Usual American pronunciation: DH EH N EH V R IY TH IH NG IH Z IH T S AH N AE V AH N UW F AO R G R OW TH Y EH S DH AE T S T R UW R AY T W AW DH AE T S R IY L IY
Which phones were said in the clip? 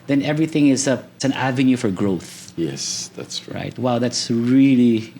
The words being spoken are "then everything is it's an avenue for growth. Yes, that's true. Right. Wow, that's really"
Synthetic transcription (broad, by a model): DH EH N EH V R IY TH IH NG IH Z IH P S AH N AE V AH N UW F AO R G R OW TH Y EH S DH AE T S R R AY T W AW DH AE T S R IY L IY